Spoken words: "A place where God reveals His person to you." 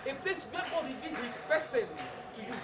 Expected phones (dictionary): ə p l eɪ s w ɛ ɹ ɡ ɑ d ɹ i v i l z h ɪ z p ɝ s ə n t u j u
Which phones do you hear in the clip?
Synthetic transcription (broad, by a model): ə p l eɪ s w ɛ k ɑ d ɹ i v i z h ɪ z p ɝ s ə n t u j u